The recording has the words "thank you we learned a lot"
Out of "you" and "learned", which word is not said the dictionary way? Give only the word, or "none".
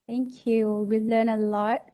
learned